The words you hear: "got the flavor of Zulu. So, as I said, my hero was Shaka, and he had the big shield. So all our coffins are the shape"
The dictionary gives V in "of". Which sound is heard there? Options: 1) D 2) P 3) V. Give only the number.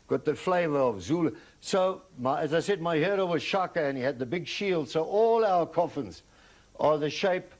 3